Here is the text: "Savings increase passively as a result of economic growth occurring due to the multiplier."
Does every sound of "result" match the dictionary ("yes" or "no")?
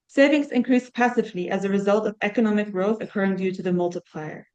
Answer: yes